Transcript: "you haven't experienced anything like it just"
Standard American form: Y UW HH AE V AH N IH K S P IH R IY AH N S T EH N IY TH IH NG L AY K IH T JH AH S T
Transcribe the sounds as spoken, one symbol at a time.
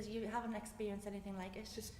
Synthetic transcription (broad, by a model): Y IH HH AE V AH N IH K S P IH R IY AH N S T EH N IY TH IH NG L AY K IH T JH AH S T